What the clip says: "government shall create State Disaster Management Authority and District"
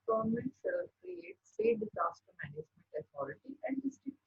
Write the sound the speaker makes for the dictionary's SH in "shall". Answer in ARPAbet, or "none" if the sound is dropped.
S